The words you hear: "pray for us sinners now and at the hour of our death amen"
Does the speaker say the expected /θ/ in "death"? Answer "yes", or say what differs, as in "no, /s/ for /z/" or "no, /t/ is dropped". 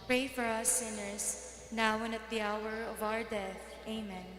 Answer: yes